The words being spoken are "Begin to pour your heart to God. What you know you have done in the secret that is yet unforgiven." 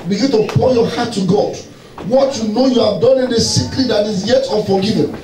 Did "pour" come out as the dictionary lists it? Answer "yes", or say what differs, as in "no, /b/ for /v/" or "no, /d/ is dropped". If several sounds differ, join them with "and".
no, /l/ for /ɹ/